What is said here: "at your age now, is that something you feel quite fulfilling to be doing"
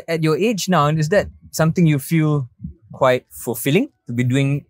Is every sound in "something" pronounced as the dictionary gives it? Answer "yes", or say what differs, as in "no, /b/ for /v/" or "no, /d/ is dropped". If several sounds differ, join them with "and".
no, /t/ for /θ/